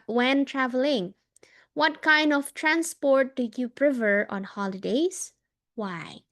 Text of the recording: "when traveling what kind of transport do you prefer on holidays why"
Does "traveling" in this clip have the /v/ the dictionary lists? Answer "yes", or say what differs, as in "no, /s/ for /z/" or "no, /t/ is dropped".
yes